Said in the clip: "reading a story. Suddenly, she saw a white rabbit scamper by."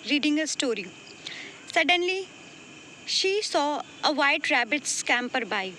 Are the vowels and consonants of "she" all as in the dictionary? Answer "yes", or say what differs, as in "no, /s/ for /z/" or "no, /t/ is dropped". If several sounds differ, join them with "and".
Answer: yes